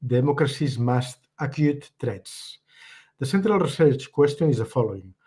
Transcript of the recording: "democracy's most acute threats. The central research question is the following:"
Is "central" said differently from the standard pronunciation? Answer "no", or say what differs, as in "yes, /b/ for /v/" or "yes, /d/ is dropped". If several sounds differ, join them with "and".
no